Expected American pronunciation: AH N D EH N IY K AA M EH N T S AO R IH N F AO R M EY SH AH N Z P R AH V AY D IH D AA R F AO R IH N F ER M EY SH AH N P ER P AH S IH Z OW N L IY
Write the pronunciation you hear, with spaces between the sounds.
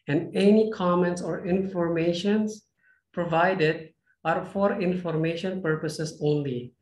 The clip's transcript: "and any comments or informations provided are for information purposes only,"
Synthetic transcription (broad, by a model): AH N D EH N IY K AA M EH N T S AO R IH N F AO R M EY SH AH N S P R AH V AY D IH D AA R F AO R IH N F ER M EY SH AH N P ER P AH S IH S OW N L IY